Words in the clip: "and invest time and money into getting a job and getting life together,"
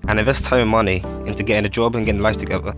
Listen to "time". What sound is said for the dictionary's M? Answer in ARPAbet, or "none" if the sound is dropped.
none